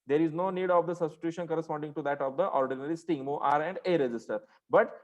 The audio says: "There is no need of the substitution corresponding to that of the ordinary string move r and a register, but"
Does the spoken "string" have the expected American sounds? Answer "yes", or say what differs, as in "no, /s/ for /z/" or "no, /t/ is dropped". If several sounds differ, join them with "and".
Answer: no, /ɹ/ is dropped